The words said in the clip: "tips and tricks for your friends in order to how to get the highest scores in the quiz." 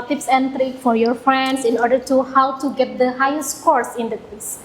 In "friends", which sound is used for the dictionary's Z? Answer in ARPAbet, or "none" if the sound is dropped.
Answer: S